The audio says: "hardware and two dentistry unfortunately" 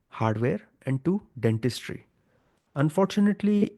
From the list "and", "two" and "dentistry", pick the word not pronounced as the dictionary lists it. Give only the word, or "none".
none